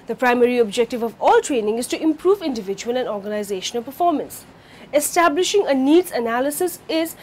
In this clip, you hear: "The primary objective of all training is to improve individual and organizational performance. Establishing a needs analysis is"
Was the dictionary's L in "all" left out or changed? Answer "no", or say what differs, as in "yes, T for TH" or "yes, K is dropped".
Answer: no